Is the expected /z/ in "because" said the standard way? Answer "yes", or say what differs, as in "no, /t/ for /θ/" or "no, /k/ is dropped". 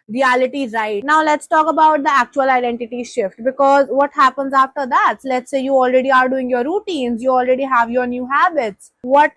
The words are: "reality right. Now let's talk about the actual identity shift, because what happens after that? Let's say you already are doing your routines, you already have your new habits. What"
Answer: yes